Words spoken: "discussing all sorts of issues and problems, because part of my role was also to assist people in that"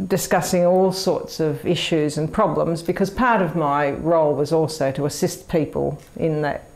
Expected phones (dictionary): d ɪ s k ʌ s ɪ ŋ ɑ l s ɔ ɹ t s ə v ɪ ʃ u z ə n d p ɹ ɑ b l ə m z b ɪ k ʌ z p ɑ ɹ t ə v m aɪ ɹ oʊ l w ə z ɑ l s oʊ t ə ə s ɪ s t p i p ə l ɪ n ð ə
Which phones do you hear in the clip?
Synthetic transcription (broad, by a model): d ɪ s k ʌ s ɪ ŋ ɑ l s ɔ ɹ t s ə v ɪ ʃ u z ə n p ɹ ɑ b l ə m z b ɪ k ʌ z p ɑ ɹ t ə v m aɪ ɹ oʊ l w ə z ɑ l s oʊ t ə ə s ɪ s t p i p ə l ɪ n ð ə